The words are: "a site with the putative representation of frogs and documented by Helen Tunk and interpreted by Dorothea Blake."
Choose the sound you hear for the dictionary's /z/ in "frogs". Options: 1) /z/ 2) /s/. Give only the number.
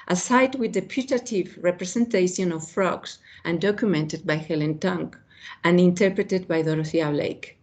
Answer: 2